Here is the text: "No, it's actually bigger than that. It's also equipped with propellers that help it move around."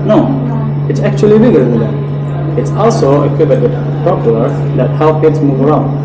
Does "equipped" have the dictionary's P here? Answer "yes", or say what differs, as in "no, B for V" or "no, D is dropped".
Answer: no, B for P